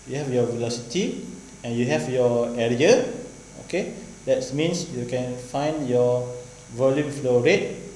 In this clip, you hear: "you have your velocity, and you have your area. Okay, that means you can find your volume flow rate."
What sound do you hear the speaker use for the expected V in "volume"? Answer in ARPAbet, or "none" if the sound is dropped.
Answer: V